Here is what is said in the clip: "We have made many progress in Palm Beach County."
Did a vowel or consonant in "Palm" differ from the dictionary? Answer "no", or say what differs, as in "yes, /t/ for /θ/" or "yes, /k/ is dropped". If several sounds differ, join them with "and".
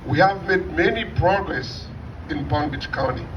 yes, /b/ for /p/